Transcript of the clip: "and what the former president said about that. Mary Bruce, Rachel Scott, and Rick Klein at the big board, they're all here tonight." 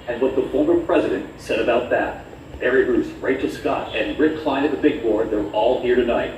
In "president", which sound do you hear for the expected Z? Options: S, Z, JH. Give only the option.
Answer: Z